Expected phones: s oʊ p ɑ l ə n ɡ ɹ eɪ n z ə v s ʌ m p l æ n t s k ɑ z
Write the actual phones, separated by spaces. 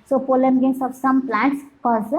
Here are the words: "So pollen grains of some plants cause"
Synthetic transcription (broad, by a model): s oʊ p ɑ l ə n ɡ eɪ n s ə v s ʌ m p l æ n t s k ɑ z